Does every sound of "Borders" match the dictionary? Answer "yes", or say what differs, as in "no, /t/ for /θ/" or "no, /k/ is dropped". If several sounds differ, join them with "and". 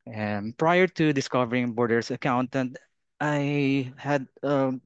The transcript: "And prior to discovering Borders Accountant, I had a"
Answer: no, /s/ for /z/